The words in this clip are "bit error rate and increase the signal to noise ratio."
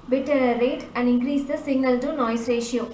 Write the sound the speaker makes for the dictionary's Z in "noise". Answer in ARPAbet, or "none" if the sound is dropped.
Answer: S